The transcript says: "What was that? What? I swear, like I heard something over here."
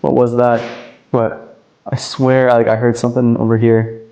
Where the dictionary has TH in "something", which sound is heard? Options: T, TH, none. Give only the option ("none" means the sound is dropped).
TH